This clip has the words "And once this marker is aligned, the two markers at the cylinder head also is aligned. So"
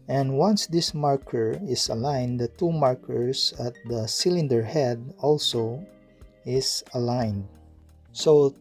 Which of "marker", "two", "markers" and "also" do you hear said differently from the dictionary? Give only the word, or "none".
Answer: markers